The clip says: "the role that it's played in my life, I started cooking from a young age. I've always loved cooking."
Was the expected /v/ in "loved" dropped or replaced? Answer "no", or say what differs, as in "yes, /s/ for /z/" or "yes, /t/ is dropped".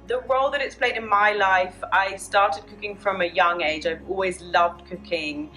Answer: no